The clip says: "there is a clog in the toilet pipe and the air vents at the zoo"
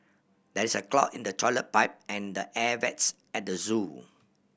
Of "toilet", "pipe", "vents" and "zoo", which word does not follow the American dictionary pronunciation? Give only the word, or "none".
vents